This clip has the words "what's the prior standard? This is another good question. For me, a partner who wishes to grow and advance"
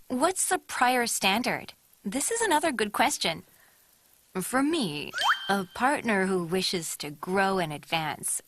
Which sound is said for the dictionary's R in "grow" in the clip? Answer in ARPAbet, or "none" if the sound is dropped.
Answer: R